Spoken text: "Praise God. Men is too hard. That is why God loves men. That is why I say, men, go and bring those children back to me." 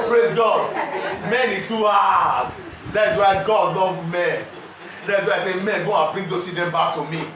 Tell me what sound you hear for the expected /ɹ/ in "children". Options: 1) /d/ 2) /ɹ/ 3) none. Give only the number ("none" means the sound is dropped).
3